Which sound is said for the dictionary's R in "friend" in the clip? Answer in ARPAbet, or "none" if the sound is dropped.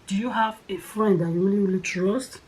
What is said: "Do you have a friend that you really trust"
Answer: R